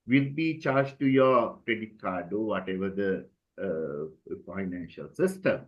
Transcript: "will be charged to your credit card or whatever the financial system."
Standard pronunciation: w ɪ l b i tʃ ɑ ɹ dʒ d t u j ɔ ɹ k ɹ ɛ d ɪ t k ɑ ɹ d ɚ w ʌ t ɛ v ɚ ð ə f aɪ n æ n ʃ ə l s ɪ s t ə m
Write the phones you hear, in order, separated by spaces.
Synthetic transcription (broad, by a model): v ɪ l b i tʃ ɑ ɹ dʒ t u j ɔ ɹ k ɹ ɛ d ɪ t k ɑ ɹ d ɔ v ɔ t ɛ v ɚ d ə f aɪ n æ n ʃ ə l s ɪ s t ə m